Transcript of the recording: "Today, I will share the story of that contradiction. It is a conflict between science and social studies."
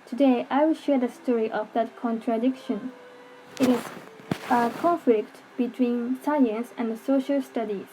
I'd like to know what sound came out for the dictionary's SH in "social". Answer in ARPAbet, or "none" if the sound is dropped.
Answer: SH